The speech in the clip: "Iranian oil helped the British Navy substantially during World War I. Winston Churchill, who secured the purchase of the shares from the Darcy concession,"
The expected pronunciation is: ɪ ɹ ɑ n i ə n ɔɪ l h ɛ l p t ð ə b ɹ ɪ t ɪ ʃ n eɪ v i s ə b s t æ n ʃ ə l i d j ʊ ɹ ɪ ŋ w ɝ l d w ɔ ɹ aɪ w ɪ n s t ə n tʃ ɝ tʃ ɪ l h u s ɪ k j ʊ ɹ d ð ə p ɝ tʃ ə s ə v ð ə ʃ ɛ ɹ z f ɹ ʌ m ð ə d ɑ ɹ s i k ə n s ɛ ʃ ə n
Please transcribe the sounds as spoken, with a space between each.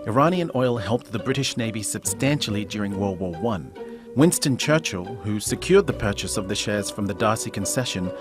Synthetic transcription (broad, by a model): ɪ ɹ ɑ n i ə n ɔɪ l h ɛ l p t ð ə b ɹ ɪ t ɪ ʃ n eɪ v i s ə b s t æ n ʃ l i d j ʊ ɹ ɪ ŋ w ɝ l w ɔ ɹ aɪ w ɪ n s t ə n tʃ ɝ tʃ ɪ l h u s ɪ k j ʊ ɹ d ð ə p ɝ tʃ ə s ə v ð ə ʃ ɛ ɹ z f ɹ ʌ m ð ə d ɑ ɹ s i k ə n s ɛ ʃ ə n